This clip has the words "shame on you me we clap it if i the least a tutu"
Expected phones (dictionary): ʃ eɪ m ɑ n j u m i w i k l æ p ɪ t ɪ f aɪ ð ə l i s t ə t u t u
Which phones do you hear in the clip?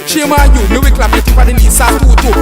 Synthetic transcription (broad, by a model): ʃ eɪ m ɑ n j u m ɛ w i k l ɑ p ɪ t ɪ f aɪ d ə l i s ə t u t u